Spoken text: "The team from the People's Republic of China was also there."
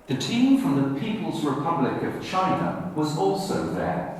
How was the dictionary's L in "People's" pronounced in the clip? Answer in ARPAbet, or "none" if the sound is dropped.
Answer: L